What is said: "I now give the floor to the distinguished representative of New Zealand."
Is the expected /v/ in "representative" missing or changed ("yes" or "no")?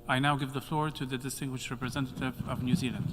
no